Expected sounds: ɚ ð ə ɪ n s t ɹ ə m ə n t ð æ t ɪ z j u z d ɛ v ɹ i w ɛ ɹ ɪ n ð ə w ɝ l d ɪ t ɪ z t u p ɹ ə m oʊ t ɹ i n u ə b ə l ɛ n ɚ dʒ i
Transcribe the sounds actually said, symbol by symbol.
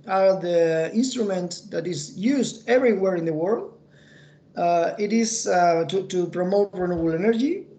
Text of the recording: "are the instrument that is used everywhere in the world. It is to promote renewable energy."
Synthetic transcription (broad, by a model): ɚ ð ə ɪ n s t ɹ ə m ə n t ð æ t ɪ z j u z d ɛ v ɹ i w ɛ ɹ ɪ n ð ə w ɝ l d ɪ t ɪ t t u p ɹ ə m oʊ t ɹ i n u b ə l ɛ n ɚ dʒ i